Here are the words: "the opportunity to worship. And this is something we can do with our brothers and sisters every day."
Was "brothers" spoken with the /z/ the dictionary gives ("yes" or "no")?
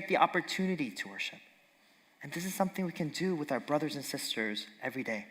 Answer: yes